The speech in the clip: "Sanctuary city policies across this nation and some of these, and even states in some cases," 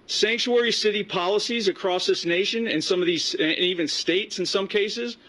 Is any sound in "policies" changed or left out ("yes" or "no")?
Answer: no